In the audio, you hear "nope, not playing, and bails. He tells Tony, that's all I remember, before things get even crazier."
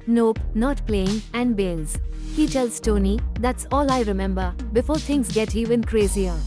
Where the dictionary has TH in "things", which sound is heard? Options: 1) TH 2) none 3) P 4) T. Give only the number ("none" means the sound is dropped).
4